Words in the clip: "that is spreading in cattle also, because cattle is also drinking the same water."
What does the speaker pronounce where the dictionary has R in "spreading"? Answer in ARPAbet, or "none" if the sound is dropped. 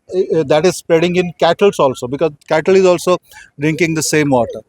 R